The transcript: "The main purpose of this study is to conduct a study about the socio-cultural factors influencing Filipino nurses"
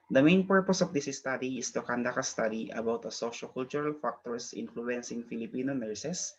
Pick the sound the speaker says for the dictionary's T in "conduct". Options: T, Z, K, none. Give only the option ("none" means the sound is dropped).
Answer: none